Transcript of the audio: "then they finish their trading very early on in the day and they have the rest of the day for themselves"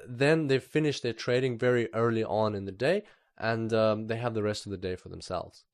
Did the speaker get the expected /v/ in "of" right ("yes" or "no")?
yes